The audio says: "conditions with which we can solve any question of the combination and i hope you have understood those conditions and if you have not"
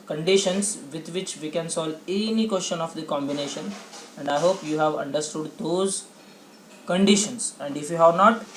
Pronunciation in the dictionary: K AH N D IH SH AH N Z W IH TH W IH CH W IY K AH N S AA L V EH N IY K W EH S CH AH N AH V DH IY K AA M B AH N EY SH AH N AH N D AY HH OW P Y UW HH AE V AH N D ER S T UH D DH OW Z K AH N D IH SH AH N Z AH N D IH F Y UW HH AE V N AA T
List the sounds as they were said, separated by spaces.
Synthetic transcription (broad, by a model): K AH N D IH SH AH N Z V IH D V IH CH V IY K AH N S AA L EH N IY K W EH S CH AH N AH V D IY K AA M B AH N EY SH AH N AH N D AY HH OW P Y UW HH AE V AH N D ER S T UH D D OW Z K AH N D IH SH AH N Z AH N D IH F Y UW HH AE V N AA T